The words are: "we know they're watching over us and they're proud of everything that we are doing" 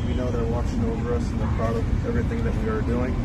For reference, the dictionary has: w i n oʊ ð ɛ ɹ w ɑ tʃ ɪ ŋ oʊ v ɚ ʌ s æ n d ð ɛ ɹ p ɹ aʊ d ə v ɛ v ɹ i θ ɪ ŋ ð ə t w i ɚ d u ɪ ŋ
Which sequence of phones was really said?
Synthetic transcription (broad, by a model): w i n oʊ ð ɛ ɹ w ɑ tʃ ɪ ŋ oʊ v ɚ ʌ s n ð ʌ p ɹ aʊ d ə ɛ v ɹ i θ ɪ ŋ ð ə t w i ɚ d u ɪ ŋ